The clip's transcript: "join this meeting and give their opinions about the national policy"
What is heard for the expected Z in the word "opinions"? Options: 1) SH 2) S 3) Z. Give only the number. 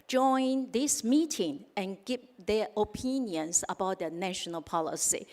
2